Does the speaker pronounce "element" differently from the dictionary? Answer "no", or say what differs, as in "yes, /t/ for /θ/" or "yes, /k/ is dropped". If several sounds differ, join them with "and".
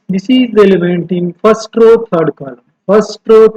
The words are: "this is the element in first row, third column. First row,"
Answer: no